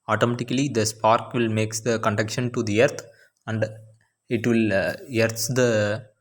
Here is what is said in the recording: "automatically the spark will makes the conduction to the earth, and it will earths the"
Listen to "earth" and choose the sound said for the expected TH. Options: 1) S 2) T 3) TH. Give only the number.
2